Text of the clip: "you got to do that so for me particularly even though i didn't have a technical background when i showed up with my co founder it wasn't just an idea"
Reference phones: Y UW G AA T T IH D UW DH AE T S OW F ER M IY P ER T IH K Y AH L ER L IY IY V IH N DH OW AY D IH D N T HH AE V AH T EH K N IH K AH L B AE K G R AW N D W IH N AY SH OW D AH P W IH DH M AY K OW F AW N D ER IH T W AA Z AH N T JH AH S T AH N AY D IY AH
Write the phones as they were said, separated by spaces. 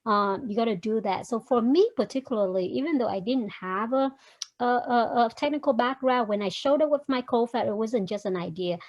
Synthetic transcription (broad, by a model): Y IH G AA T T IH D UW DH AE T S OW F ER M IY P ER T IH K Y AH L ER L IY IY V IH N DH OW AY D IH D N T HH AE V AH T EH K N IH K L B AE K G R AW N W IH N AY SH OW D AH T W IH DH M AY K OW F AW D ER IH T W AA Z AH N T JH AH S T AH N AY D IY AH